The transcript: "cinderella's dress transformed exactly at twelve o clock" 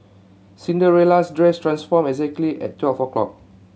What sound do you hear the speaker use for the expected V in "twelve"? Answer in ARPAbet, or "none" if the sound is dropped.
F